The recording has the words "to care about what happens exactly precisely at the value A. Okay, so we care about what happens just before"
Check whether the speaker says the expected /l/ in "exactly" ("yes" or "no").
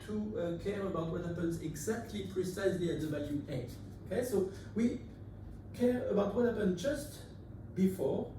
yes